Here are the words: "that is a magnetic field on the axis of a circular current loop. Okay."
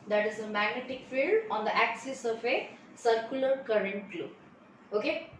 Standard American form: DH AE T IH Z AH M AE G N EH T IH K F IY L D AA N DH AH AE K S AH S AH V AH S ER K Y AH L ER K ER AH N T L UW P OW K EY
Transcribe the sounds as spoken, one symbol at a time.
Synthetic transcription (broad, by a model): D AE T IH Z AH M AE G N EH T IH K F IY L D AA N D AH AE K S AH S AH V AH S ER K Y AH L ER K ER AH N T L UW OW K EY